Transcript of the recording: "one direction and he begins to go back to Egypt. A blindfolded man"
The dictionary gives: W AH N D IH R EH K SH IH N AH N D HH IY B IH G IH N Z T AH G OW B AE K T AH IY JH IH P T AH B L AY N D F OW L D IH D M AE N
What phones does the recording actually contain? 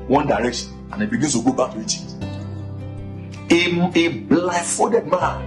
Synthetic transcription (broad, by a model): W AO N D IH R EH K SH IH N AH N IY B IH G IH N S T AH G OW B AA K T AH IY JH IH T AH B L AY F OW D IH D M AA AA